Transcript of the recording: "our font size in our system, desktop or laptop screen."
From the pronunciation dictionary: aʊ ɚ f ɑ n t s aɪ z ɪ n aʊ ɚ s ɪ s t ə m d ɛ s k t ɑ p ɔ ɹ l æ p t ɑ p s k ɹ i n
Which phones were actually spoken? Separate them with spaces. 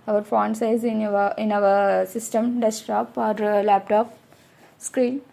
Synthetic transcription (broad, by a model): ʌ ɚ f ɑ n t s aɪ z ɪ n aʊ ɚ s ɪ s t ə m d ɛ s t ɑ p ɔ ɹ l æ p t ɑ p s k ɹ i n